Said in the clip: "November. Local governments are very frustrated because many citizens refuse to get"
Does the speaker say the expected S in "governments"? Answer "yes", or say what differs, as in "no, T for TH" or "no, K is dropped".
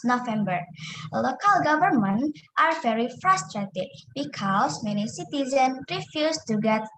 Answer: no, S is dropped